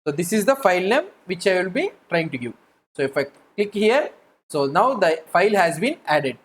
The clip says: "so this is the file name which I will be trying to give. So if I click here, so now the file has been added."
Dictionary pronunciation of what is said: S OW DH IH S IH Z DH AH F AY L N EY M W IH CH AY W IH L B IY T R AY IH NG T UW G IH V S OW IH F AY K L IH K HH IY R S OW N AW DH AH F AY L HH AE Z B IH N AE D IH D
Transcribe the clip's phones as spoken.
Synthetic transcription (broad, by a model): S OW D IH S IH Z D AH F AY L N EY M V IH CH AY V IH L B IY T R AY IH NG T UW G IH V S OW IH F AY K L IH K HH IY R S OW N AW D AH F AY L HH AE Z B IH N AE D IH D